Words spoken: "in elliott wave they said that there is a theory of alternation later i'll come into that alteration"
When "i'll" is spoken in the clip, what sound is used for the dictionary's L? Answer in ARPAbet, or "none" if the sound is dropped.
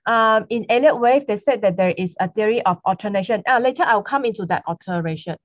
W